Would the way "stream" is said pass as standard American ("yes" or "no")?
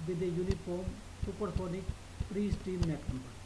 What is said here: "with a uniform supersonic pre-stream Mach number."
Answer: no